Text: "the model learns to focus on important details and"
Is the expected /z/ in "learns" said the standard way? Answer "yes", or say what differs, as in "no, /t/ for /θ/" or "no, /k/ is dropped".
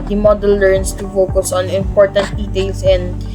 no, /s/ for /z/